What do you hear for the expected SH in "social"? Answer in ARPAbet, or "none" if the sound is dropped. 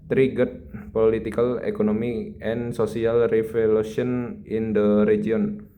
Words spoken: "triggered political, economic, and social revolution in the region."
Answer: S